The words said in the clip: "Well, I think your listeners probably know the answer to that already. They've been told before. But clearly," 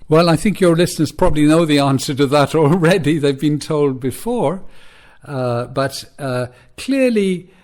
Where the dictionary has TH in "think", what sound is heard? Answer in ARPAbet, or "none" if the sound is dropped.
TH